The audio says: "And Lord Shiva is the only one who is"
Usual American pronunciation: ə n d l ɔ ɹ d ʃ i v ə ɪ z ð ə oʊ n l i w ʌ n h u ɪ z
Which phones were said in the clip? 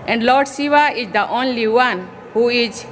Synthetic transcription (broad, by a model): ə n d l ɔ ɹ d s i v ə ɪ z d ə oʊ n l i w ʌ n h u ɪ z